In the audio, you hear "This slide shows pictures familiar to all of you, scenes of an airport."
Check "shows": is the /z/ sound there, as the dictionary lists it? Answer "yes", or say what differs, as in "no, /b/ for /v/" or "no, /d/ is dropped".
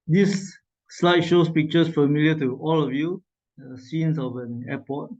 no, /s/ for /z/